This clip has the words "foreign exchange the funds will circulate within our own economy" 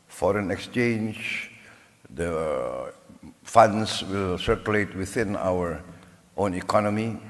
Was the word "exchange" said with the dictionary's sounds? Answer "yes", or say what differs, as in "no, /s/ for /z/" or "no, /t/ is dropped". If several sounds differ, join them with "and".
yes